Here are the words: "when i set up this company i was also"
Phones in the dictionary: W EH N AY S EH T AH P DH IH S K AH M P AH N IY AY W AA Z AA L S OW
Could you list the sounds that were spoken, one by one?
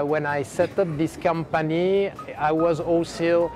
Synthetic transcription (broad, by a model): W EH N AY S EH T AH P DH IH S K AH M P AH N IY AY W AA Z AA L S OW